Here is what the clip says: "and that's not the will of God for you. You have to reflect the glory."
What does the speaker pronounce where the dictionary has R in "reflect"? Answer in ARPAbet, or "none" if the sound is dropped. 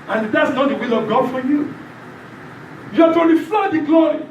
L